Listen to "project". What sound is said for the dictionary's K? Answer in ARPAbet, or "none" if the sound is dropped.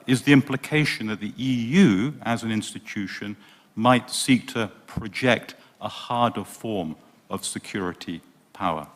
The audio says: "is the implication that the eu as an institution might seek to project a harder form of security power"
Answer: K